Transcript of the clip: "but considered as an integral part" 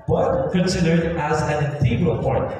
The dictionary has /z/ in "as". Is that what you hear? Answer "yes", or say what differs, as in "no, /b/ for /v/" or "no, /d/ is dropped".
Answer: yes